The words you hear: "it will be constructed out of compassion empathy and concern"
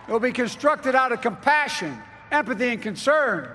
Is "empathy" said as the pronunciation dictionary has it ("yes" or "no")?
yes